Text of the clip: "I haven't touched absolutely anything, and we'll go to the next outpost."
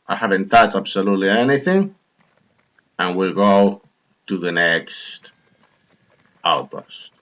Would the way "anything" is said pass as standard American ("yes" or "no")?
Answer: yes